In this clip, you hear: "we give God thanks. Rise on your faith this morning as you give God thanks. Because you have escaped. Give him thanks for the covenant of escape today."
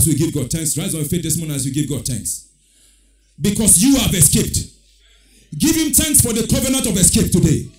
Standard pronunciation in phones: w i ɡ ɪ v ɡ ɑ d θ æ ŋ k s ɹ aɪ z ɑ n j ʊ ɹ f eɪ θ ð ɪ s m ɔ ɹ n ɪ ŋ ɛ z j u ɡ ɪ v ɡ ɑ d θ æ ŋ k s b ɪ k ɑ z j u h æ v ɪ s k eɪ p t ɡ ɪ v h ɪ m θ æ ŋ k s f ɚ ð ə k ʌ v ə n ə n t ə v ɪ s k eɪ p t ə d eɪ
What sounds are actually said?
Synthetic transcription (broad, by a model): w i ɡ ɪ v ɡ ɑ d t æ ŋ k s ɹ aɪ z ɑ n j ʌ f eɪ t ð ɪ s m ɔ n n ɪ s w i ɡ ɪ v ɡ ɑ d t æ ŋ k s b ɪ k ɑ s j u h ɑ v ɪ s k eɪ p t ɡ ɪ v h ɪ m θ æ ŋ k s f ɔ ð ə k ʌ v ə n ə n t ə v ɪ s k eɪ p t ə d eɪ